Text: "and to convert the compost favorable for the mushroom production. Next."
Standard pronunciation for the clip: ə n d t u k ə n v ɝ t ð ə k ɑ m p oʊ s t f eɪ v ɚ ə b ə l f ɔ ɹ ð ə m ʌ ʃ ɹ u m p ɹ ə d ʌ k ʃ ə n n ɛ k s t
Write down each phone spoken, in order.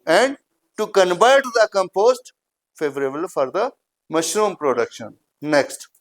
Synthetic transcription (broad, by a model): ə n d t u k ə n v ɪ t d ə k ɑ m p oʊ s t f eɪ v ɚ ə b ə l f ɔ ɹ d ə m ʌ ʃ ɹ u m p ɹ ə d ʌ k ʃ ə n n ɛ k s t